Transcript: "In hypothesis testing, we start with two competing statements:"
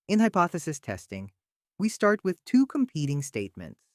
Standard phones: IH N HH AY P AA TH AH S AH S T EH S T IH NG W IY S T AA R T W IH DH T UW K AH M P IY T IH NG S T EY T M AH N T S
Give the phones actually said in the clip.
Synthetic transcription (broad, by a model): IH N HH AY P AA TH AH S AH S T EH S T IH NG W IY S T AA R T W IH DH T UW K AH M P IY T IH NG S T EY T M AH N T S